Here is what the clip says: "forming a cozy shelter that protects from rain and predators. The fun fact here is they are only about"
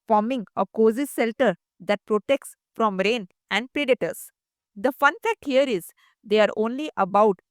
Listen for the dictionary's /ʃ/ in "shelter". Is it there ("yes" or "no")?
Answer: no